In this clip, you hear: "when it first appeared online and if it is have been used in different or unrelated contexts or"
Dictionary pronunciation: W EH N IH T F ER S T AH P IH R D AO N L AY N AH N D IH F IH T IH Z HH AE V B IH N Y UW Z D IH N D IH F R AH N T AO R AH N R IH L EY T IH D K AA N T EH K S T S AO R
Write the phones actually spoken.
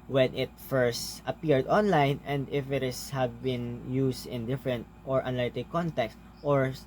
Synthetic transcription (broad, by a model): W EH N IH T F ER S T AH P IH R D AO N L AY N AH N D IH F IH T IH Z HH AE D B IH N Y UW S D IH N D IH F R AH N T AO R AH N IH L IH T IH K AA N T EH K S T AO R